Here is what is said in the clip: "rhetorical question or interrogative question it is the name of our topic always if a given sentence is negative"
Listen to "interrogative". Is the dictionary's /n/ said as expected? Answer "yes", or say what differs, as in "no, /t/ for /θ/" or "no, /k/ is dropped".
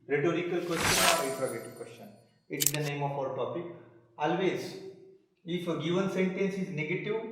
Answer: no, /n/ is dropped